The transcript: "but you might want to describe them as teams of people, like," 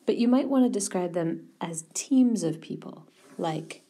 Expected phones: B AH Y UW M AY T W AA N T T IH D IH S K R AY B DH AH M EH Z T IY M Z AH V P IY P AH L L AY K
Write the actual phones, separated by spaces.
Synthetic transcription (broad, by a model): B AH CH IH M AY T W AA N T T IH D IH S K R AY B DH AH M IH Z T IY M Z AH V P IY P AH L L AY K